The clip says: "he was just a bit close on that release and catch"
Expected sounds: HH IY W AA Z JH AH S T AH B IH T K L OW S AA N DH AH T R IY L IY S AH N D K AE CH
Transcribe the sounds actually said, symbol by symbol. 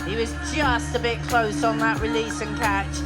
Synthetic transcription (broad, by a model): HH IY W AA Z JH AH S T AH B IH T K L OW S N DH AH T R IY L IY S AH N K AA CH